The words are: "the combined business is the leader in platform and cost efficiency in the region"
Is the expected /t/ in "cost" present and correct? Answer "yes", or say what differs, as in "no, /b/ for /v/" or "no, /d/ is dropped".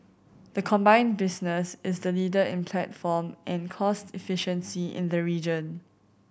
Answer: yes